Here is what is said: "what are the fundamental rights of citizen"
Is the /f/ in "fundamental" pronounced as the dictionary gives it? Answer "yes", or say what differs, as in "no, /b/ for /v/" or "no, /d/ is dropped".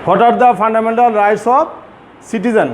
no, /p/ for /f/